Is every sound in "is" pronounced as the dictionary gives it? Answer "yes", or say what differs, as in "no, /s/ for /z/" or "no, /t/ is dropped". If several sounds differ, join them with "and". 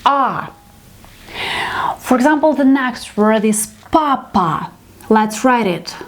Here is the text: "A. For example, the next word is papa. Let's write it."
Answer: no, /s/ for /z/